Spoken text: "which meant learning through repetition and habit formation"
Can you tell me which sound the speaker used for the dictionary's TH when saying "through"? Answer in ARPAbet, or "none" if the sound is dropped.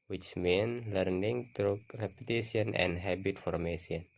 T